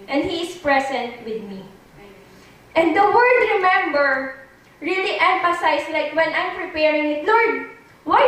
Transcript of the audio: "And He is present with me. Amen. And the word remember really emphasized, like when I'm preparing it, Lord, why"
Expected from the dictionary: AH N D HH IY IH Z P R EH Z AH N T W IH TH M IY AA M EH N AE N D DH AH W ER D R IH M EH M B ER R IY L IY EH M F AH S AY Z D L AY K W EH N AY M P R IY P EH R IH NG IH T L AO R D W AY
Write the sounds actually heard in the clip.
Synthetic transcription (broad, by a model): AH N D HH IY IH S P R EH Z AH N T W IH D M IY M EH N N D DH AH W ER D R IH M EH M B ER R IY L IY EH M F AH S AY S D L AY K W EH N AY M P R IY P EH R IH NG IH T N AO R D W AY